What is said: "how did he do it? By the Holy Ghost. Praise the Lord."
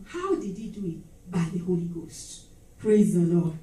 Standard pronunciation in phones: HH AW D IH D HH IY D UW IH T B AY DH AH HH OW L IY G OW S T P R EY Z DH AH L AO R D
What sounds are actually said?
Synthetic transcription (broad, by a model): HH AW D IH D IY D UW IH T B AY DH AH HH OW L IY G OW S T P R EY Z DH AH L AO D